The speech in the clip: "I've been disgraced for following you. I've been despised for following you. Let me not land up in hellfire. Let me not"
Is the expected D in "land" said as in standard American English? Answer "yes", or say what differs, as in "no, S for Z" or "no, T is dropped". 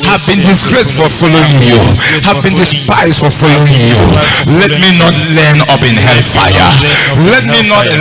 no, D is dropped